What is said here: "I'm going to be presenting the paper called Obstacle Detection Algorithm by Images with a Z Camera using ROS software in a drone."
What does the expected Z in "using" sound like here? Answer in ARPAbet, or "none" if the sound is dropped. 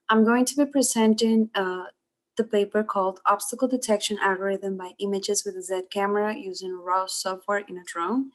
Z